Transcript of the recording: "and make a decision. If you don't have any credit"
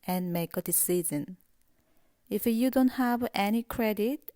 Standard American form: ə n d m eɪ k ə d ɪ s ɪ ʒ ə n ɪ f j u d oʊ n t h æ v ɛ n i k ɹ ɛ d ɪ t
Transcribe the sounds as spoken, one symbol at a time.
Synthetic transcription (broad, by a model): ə n m eɪ k ə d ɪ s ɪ z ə n ɪ f j u d oʊ n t h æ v ɛ n i k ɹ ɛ d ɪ t